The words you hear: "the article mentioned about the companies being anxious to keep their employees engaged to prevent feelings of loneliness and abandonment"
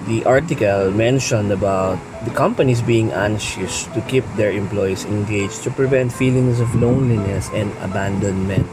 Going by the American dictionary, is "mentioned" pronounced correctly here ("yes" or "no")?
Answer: yes